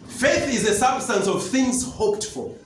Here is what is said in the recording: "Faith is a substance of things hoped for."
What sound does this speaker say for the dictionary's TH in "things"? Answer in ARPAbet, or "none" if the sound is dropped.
TH